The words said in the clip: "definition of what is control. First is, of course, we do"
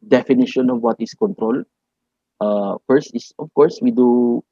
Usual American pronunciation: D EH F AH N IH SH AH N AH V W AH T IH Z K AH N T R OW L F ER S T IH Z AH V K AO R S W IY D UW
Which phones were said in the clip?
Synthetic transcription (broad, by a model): D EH F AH N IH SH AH N AH V W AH T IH S K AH N T R OW L F ER S T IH S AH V K AO R S W IY D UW